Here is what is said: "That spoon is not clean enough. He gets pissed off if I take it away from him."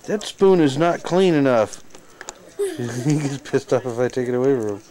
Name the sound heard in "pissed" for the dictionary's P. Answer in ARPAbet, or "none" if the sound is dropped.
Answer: P